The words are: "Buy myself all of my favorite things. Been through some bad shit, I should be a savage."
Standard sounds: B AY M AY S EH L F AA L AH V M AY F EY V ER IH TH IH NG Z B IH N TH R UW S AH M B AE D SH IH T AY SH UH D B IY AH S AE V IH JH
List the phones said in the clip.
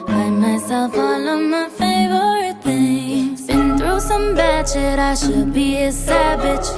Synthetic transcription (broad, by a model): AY M AY S EH L F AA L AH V M AY F EY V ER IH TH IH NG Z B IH N TH R UW S AH M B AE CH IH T AY SH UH D B IY AH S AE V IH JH